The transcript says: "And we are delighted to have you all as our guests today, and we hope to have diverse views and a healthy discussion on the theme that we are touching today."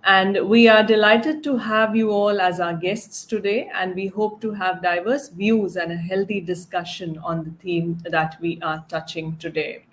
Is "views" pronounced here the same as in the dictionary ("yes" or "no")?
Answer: yes